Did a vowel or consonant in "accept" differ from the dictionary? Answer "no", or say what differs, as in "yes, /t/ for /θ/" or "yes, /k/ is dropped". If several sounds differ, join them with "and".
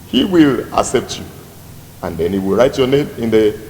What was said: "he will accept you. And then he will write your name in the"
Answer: no